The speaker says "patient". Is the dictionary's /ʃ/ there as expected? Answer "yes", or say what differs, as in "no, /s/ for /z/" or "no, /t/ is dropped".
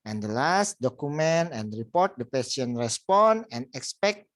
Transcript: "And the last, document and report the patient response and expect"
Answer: no, /s/ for /ʃ/